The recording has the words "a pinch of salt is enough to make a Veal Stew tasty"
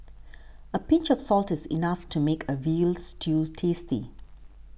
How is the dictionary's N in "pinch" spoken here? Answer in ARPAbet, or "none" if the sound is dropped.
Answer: N